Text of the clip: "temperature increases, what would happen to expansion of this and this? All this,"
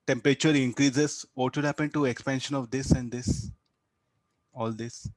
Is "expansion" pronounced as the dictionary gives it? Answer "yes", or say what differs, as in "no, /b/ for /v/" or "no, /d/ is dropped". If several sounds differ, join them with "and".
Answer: yes